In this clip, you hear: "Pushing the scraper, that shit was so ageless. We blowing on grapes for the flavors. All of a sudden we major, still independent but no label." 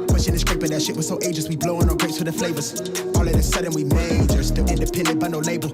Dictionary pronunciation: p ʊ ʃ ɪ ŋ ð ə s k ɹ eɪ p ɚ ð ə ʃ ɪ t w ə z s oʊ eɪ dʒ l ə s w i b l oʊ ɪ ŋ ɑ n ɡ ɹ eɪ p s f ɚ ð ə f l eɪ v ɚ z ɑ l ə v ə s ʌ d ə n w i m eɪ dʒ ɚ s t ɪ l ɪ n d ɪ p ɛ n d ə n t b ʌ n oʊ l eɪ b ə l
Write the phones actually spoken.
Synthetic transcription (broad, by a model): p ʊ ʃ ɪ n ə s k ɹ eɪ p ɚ ð ə ʃ ɪ t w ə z s oʊ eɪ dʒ ə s w i b l oʊ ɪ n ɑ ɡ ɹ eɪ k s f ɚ ð ə f l eɪ v ɚ z ɑ l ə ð ə s ʌ d ə n w i m eɪ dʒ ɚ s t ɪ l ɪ n d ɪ p ɛ n d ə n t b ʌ n oʊ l eɪ b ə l